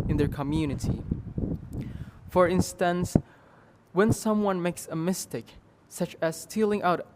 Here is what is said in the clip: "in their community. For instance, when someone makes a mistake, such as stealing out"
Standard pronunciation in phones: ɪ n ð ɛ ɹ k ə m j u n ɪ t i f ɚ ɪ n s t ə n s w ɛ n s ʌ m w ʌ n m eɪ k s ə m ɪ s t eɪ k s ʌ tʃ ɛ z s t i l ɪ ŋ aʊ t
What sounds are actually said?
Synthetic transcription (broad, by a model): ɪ n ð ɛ ɹ k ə m j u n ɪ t i f ɚ ɪ n s t ə n s w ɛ n s ʌ m w ʌ n m eɪ k s ə m ɪ s t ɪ k s ʌ tʃ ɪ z s t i l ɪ ŋ aʊ t